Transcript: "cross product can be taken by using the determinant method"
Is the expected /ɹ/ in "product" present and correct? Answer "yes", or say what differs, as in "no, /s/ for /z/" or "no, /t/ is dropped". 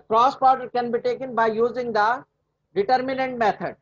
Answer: no, /ɹ/ is dropped